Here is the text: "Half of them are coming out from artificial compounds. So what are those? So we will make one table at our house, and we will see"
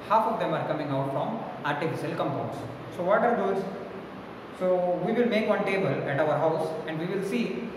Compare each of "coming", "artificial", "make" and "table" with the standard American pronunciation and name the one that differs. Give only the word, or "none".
none